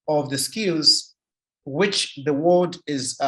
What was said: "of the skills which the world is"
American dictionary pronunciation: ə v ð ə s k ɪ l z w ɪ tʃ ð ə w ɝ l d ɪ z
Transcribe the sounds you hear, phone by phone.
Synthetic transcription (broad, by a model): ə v ð ə s k ɪ l z w ɪ tʃ ð ə w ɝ d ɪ z